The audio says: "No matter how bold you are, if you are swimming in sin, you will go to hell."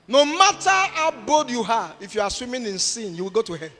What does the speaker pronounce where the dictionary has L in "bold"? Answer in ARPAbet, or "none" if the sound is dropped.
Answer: none